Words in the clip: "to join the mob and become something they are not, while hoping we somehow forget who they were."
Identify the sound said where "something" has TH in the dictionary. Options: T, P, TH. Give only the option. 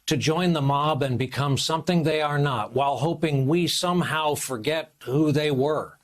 TH